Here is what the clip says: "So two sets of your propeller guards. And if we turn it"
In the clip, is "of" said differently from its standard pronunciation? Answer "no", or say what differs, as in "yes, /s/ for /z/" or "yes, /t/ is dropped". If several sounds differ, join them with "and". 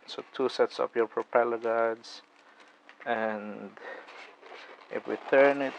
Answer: yes, /p/ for /v/